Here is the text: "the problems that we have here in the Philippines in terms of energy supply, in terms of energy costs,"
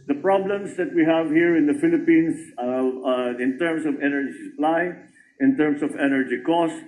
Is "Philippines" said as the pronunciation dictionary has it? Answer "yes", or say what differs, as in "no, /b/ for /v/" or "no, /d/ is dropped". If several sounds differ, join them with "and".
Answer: no, /s/ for /z/